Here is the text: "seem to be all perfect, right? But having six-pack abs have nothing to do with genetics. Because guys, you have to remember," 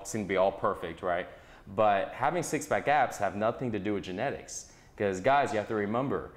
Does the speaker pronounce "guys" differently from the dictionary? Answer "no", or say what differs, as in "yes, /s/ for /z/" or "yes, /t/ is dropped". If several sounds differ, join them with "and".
no